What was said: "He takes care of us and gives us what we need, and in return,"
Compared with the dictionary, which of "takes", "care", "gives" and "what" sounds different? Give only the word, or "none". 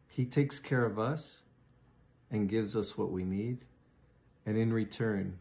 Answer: none